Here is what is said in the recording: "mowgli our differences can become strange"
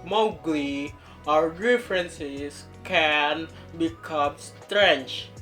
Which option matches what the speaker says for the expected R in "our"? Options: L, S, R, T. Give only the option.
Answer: R